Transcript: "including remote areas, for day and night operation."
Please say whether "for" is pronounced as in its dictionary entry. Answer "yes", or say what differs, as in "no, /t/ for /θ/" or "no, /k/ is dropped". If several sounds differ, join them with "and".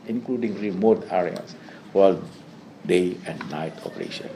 no, /l/ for /ɹ/